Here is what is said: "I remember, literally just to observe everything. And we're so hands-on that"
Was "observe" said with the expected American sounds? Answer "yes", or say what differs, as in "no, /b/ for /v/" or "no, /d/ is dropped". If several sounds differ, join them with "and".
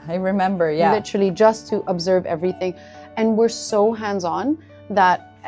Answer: yes